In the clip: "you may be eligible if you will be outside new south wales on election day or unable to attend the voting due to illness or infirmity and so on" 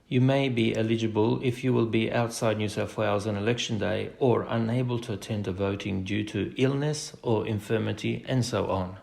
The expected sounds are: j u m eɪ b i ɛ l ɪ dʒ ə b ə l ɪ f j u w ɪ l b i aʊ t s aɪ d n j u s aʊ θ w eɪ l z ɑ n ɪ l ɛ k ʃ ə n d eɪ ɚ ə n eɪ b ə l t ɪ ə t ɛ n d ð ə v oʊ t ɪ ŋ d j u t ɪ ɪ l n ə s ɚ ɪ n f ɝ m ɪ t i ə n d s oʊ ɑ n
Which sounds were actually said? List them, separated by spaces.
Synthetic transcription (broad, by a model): j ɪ m eɪ b i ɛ l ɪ dʒ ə b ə l ɪ f j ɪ w ɪ l b i aʊ t s aɪ d n j u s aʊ f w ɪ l z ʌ n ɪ l ɛ k ʃ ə n d eɪ ɚ ə n eɪ b ə l t ɪ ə t ɛ n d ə v oʊ t ɪ ŋ d j u t ɪ ɪ l n ə s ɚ ɪ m f ɝ m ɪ t i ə n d s oʊ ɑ n